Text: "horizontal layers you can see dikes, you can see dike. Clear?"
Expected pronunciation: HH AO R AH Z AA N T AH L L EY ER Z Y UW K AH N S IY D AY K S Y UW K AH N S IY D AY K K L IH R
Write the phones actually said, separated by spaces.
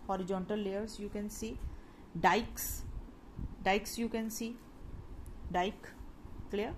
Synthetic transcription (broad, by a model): HH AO R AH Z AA N T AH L L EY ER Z Y UW K AH N S IY D AY K S Y UW K AH N S IY D AY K K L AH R